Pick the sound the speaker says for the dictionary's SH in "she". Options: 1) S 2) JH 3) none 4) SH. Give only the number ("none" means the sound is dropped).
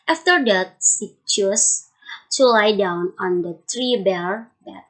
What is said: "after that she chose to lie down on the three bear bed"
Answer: 1